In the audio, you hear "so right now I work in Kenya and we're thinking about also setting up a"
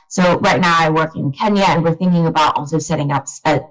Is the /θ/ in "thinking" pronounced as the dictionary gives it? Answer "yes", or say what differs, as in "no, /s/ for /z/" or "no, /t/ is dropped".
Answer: yes